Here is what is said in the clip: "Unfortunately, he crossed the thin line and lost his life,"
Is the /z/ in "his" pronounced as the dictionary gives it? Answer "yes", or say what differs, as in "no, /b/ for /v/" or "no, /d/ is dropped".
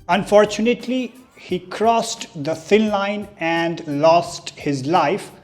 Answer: yes